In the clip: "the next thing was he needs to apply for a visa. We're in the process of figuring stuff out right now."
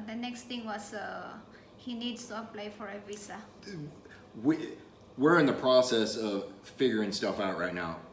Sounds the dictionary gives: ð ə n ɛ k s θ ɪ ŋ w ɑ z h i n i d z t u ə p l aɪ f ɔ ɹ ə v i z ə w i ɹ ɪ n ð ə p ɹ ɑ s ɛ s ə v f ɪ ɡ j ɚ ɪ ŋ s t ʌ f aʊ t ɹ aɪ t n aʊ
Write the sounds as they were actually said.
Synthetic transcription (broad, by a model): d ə n ɛ k s t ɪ ŋ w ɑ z h i n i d s t u ə p l aɪ f ɔ ɹ ə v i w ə w i ɹ ɪ n ð ə p ɹ ɑ s ɛ s ə v f ɪ ɡ j ɚ ɪ ŋ s t ʌ f aʊ t ɹ aɪ t n aʊ